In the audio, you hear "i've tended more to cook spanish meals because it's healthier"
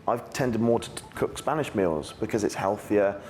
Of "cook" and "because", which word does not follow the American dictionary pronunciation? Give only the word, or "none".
none